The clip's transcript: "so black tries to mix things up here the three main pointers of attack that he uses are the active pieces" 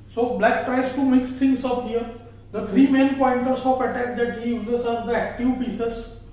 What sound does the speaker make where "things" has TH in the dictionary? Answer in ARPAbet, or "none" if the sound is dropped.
T